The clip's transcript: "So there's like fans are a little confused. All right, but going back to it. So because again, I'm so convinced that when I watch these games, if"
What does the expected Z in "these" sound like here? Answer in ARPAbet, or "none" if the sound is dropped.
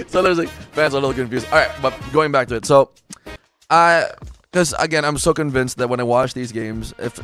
Z